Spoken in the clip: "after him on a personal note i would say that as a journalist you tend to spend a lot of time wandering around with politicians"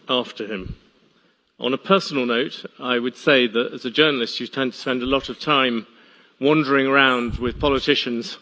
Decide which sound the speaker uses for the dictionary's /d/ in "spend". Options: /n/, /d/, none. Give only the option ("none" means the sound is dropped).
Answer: /d/